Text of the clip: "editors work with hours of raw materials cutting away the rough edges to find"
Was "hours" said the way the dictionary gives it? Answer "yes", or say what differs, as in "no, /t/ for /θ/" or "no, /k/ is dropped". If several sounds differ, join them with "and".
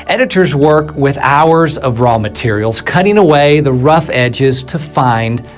yes